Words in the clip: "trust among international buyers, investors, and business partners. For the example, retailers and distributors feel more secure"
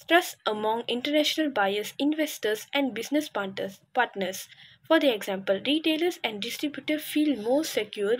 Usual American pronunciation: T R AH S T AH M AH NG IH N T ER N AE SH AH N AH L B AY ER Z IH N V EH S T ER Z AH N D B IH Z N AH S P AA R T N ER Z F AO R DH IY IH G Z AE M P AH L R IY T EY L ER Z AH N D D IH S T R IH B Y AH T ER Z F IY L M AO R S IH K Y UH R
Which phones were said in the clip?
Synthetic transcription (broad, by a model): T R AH S T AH M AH NG IH N T ER N AE SH AH N AH L B AY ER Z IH N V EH S T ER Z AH N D B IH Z N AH S P AA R T N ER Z F AO R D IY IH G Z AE M P AH L R IY T EY L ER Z AH N D D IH S T R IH B Y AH T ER F IY L M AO S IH K Y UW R